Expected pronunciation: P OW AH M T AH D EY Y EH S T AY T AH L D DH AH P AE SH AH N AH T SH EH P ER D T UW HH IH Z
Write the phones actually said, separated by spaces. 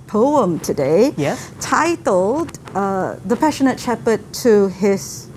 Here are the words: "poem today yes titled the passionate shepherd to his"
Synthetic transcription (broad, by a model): P OW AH M T AH D EY Y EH T AY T L D DH AH P AE SH AH N AH T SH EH P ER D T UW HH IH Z